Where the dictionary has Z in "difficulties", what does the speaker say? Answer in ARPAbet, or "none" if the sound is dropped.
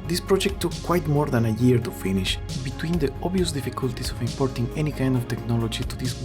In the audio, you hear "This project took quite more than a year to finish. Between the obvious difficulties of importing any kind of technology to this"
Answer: S